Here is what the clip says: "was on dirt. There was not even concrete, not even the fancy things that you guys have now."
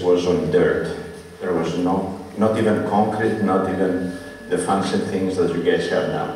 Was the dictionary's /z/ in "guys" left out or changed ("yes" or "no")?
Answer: yes